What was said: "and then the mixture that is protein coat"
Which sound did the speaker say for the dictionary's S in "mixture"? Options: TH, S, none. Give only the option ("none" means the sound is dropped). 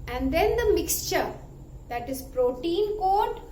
S